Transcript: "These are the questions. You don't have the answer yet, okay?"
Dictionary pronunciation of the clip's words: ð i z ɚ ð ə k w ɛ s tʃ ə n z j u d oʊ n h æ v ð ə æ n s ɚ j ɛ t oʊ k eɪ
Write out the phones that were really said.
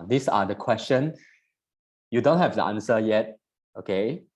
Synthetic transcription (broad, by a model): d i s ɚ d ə k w ɛ s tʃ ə n j u d oʊ n h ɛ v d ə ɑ n s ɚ j ɛ t oʊ k eɪ